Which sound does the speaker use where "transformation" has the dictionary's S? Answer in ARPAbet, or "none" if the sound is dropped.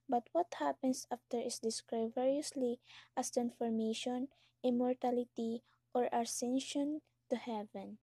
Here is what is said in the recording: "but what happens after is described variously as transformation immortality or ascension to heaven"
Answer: none